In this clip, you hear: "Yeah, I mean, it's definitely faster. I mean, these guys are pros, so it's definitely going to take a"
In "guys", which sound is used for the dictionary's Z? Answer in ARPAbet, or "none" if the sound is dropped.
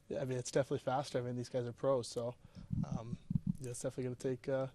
Z